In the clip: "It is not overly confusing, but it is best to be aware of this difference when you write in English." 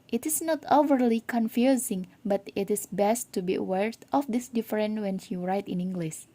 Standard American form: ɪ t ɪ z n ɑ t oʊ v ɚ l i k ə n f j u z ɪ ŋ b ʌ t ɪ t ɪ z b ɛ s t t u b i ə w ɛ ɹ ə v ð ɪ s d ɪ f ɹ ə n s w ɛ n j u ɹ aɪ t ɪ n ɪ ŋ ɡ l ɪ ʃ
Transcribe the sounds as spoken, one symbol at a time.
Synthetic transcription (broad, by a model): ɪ t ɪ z n ɑ t oʊ v ɚ l i k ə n f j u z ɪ ŋ b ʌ t ɪ t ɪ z b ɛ s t t u b i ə w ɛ ɹ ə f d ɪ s d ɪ f ɹ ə n w ɛ n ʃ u ɹ aɪ t ɪ n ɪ ŋ ɡ l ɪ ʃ